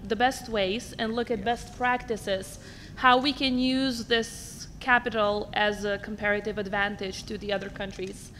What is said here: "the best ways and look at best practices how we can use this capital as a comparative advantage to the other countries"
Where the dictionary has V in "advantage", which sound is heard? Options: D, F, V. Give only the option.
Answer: V